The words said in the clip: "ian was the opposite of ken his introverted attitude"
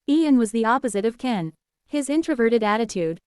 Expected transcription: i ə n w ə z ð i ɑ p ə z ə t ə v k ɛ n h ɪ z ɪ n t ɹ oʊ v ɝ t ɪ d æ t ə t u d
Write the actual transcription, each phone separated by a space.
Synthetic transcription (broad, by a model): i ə n w ə z ð i ɑ p ə z ə t ə v k ɛ n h ɪ z ɪ n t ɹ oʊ v ɝ t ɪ d æ t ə t u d